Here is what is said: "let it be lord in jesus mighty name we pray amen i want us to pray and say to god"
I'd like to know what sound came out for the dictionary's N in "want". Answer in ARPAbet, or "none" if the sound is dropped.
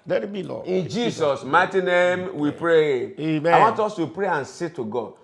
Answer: N